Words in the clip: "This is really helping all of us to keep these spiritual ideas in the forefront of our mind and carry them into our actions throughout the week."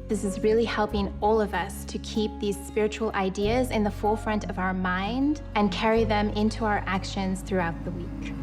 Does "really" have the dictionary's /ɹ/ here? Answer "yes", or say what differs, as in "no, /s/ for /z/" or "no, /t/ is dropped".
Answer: yes